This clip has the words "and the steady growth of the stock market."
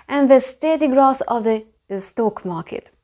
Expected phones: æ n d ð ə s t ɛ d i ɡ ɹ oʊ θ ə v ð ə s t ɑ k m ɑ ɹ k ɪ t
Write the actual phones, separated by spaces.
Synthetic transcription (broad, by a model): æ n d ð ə s t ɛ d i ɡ ɹ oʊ s ə v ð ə s t ɑ k m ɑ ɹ k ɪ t